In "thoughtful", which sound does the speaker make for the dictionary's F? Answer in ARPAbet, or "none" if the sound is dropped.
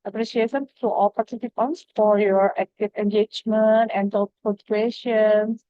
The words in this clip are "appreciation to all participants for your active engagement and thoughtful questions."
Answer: none